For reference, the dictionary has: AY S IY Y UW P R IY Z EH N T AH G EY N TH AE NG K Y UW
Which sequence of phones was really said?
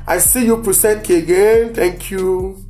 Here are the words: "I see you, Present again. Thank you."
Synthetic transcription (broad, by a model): AY S IY Y UW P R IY S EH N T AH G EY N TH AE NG K Y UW